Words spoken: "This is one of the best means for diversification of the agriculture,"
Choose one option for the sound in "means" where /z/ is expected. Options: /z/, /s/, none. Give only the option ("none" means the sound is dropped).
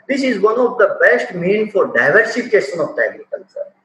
none